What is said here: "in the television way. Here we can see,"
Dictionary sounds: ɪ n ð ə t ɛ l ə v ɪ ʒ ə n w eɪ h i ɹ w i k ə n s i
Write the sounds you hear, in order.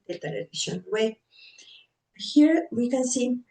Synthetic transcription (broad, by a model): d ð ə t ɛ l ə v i ʃ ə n w eɪ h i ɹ w i k ə n s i